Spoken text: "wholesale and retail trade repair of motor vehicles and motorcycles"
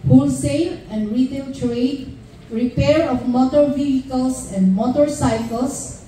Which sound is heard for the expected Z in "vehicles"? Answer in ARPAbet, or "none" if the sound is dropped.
S